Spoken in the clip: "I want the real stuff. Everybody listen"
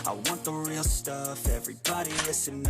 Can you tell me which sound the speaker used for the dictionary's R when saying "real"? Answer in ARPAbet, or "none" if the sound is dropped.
R